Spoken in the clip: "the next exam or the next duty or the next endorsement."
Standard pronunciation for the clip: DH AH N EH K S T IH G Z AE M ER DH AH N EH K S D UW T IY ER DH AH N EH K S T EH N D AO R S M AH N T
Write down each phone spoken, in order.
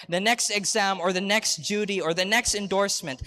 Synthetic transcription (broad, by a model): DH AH N EH K S T IH G Z AE M ER DH AH N EH K S D UW T IY ER DH AH N EH K S T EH N D AO R S M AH N T